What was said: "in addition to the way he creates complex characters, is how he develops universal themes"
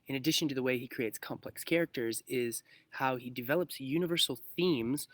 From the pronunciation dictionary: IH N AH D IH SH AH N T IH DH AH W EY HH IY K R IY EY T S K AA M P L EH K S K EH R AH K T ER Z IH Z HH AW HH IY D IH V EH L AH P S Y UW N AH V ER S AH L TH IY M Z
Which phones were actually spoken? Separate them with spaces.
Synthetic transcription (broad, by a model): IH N AH D IH SH AH N T IH DH AH W EY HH IY K R IY EY T S K AA M P L EH K S K EH R AH K T ER Z IH Z HH AW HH IY D IH V EH L AH P S Y UW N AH V ER S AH L TH IY M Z